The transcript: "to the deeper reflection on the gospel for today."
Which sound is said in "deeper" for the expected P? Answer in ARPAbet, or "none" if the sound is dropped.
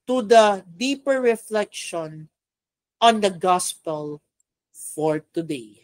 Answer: P